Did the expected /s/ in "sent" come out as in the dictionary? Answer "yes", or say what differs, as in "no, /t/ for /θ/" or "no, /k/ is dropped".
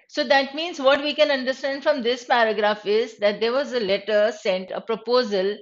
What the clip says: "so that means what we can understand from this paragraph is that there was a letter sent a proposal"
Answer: yes